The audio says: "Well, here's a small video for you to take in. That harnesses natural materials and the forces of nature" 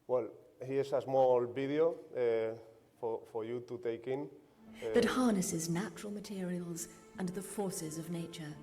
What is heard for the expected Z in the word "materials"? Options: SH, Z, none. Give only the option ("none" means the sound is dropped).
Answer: Z